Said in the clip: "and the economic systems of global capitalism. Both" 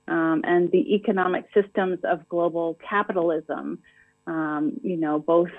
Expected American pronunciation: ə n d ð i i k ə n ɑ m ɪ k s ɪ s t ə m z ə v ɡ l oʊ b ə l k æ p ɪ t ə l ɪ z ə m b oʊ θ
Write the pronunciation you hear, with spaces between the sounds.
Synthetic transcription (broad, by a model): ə n ð i i k ə n ɑ m ɪ k s ɪ s t ə m z ə v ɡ l oʊ b l k æ p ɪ t l ɪ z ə m b oʊ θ